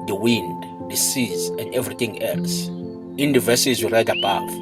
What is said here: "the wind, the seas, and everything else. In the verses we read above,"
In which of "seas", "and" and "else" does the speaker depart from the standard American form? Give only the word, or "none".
none